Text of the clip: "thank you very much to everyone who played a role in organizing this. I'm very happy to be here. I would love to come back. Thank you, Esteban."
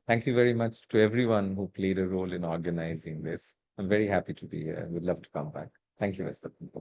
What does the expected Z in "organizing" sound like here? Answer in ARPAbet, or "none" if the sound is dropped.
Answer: Z